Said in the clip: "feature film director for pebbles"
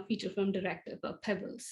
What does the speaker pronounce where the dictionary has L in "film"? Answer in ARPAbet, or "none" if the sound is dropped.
none